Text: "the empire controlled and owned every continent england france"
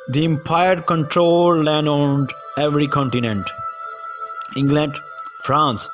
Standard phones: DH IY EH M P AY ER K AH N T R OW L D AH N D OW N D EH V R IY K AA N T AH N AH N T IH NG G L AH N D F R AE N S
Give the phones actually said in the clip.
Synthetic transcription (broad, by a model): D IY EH M P AY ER K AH N T R OW L AH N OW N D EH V R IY K AA N T AH N AH N T IH NG G L AH N D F R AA N S